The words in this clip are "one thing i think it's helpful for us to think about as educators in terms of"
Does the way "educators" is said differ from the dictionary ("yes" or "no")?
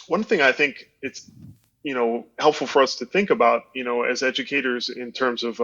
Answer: no